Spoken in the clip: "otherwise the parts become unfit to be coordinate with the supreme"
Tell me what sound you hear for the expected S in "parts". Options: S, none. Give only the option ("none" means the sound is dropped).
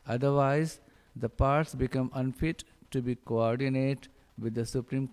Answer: S